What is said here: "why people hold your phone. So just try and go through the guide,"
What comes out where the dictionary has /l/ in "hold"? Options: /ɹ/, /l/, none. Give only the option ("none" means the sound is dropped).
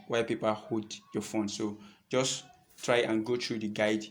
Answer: none